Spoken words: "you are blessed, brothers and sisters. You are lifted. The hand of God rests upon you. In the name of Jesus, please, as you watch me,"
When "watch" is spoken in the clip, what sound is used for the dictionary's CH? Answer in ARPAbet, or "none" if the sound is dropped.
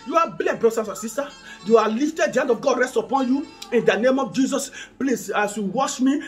SH